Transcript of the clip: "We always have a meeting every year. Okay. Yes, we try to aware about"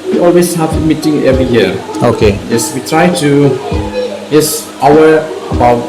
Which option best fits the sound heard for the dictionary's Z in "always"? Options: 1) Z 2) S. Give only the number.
2